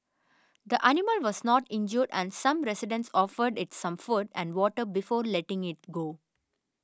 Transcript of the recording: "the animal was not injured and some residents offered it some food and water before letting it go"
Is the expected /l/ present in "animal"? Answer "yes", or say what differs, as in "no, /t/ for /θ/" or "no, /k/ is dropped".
yes